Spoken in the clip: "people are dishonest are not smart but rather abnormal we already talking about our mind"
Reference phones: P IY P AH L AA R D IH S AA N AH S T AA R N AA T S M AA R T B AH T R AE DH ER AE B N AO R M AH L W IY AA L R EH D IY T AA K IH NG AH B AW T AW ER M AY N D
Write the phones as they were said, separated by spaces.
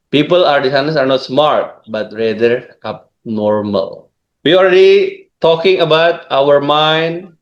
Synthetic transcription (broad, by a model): P IY P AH L AA R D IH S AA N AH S AA R N AA T S M AA R T B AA T R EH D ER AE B N AO R M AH L W IY AA L R EH D IY T AA K IH NG AH B AW T AW ER M AY N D